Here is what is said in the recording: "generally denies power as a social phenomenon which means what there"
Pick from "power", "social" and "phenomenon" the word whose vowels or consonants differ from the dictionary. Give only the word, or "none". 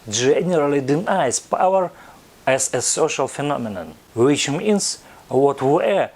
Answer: none